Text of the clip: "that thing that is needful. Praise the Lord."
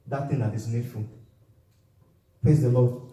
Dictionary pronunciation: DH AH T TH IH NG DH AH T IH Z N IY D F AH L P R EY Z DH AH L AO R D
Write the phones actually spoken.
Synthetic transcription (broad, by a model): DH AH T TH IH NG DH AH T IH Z N IY D F AH L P EY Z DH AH L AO